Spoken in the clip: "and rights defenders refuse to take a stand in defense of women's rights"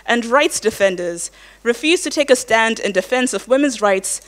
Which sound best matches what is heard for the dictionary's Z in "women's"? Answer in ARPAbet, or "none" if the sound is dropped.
Z